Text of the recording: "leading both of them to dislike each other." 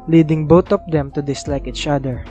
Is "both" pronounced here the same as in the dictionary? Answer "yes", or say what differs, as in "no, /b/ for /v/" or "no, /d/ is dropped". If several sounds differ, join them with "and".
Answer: no, /t/ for /θ/